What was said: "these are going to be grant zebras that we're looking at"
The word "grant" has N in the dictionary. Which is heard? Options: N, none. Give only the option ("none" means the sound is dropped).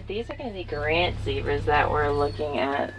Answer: N